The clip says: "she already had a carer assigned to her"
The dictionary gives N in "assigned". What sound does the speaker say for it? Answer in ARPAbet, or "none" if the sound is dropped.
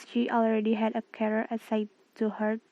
none